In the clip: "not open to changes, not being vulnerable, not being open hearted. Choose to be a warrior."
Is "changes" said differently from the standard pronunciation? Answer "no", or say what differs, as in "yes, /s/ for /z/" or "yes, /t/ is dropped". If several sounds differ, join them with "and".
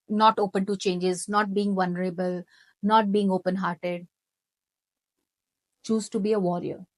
no